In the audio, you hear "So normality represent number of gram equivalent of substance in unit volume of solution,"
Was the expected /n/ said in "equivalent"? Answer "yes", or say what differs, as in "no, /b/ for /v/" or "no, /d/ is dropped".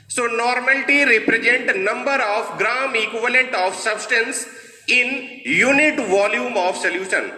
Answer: yes